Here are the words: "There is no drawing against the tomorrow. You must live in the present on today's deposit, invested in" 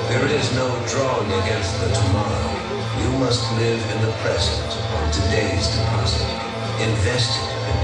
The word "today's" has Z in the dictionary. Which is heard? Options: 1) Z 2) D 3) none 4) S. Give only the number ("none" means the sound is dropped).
1